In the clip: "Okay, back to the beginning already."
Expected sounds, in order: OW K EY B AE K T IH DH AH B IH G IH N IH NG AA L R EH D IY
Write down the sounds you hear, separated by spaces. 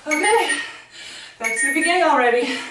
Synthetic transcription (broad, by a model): OW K EY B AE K S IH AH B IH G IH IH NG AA L R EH D IY